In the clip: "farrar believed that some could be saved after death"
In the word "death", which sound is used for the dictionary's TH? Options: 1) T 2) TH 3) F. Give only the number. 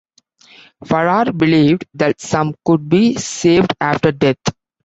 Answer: 1